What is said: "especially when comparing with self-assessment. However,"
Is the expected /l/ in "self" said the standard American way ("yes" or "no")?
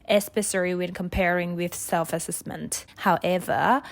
yes